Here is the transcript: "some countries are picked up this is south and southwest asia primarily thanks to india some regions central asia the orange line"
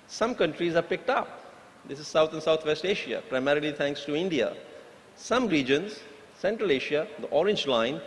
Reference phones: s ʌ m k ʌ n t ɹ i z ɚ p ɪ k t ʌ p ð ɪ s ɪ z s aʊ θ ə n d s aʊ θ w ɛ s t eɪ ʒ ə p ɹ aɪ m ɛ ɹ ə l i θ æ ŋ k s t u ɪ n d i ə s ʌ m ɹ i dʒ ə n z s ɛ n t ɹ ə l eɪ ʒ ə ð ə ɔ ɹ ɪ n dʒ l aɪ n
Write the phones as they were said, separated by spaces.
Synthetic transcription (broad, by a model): s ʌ m k ʌ n t ɹ i z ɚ p ɪ k t ʌ p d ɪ s ɪ z s aʊ t ə n d s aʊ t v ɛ s t eɪ ʃ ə p ɹ aɪ m ɛ ɹ ə l i t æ ŋ k s t u ɪ n d i ə s ʌ m ɹ i dʒ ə n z s ɛ n t ɹ ə l eɪ ʃ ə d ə ɔ ɹ ɪ n dʒ l aɪ n